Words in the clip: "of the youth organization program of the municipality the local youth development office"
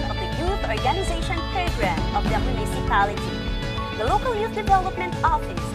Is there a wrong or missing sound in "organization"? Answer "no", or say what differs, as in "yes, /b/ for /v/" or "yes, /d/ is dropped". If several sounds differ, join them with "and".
no